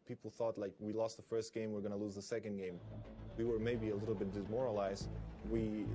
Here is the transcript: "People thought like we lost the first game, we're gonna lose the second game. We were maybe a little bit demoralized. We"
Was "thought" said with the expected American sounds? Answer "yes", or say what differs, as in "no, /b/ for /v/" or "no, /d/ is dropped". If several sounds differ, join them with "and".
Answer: yes